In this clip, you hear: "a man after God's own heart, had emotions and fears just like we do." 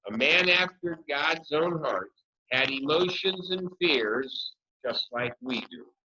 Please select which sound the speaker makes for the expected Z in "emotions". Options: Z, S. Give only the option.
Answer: Z